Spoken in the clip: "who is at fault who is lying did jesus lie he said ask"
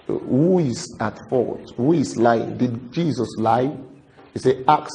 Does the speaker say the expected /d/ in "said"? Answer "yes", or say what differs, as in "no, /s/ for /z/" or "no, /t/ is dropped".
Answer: no, /d/ is dropped